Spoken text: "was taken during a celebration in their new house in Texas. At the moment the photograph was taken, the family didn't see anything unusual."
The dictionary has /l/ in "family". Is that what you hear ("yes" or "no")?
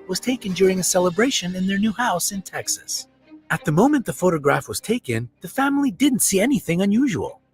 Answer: yes